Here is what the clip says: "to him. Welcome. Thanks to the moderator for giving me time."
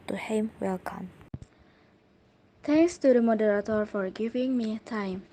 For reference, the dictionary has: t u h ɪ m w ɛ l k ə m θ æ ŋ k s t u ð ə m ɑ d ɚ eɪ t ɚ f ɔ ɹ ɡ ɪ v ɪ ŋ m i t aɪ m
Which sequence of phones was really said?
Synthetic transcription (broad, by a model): t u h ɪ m w ɛ l k ə m t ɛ ŋ k s t u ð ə m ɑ d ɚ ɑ t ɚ f ɔ ɹ ɡ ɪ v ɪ ŋ m i t aɪ m